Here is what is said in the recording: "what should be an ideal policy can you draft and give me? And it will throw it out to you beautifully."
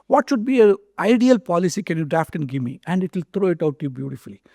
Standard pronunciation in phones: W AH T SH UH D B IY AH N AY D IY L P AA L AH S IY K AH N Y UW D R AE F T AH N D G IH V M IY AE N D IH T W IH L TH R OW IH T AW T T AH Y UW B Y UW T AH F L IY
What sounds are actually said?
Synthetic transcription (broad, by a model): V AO T SH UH D B IY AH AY D IY L P AA L AH S IY K AH N Y UW D R AE F T AH N D G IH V M IY AE N D IH T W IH L T R OW IH T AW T T Y UW B Y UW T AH F L IY